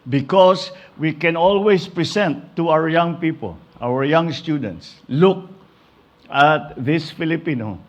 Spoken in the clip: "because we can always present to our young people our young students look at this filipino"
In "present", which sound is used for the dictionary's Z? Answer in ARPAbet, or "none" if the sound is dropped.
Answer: S